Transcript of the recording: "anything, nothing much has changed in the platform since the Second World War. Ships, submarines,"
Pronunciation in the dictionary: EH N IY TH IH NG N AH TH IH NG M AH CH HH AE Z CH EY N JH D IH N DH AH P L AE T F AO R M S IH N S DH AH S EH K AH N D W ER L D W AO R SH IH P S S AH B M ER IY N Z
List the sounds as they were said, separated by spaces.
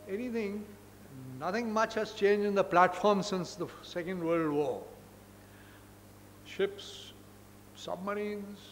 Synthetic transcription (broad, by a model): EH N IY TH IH NG N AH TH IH NG M AH CH HH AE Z CH EY N JH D IH N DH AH P L AE T F AO R M S IH N S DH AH S EH K AH N D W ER L D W AO SH IH P S S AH B M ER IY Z